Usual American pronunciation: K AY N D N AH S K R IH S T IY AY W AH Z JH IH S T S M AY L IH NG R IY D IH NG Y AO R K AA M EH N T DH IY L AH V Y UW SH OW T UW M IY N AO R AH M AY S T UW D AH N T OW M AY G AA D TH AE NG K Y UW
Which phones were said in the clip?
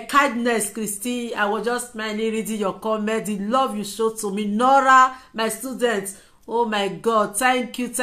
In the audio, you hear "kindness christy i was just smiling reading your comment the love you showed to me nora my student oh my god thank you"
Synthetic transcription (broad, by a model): K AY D N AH S K R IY S T IY AY W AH JH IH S S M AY N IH R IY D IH Y AO K AA M EH N T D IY L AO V Y UW SH OW T UW M IY N AO R AH M AY S T UW D AH N T OW M AY G AA D T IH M K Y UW